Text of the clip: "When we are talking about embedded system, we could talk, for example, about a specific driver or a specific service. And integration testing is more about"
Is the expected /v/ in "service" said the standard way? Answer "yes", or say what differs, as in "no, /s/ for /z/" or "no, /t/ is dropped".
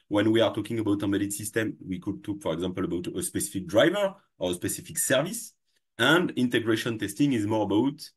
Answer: yes